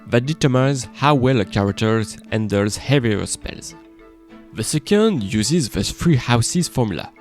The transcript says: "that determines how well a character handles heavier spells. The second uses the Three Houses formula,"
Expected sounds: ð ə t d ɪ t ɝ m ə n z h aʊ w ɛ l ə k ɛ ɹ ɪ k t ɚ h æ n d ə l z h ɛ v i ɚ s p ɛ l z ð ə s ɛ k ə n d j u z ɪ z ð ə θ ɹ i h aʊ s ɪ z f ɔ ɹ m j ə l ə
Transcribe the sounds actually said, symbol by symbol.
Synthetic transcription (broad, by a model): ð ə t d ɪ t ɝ m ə z h aʊ w ɛ l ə k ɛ ɹ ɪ k t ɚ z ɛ n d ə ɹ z h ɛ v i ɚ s p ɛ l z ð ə s ɛ k ə n d j u z ɪ z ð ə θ ɹ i h aʊ s ɪ z f ɔ ɹ m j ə l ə